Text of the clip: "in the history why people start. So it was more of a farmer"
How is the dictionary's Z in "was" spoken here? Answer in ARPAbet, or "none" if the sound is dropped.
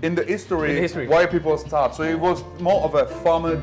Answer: Z